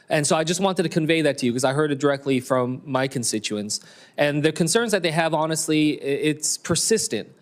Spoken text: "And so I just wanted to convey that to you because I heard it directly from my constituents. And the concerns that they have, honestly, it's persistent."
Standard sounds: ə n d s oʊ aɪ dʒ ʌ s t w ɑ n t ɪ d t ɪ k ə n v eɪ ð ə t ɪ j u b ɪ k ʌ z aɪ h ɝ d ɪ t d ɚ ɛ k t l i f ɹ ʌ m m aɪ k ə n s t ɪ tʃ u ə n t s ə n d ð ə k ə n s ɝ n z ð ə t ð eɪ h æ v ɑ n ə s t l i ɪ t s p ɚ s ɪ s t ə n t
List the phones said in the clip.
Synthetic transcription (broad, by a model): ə n s oʊ aɪ dʒ ʌ s t w ɑ n t ɪ d t ɪ k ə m v eɪ ð ə t ɪ j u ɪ k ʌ z aɪ h ɝ d ɪ t d ɚ ɛ k t l i f ɹ ʌ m m aɪ k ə n s t ɪ tʃ u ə n s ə n ð ə k ə n s ɝ n z ð ə t ð eɪ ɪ v ɑ n ə s t l i ɪ t s p ɚ s ɪ s t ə n t